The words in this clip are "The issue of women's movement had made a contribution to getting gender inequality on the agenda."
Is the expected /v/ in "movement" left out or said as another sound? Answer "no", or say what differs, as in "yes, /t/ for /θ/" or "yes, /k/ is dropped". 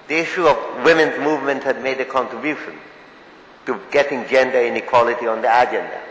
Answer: no